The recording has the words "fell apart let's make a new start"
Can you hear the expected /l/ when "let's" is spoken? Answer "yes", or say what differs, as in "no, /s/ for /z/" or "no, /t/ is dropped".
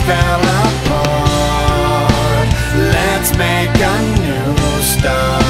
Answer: yes